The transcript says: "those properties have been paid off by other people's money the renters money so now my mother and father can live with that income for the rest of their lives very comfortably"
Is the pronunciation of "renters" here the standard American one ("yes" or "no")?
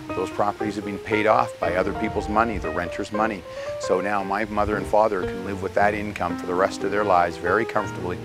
yes